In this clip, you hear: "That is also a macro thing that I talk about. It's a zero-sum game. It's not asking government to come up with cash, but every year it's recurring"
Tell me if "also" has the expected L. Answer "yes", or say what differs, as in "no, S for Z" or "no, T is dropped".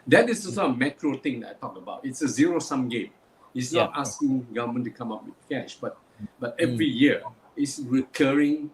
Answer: no, L is dropped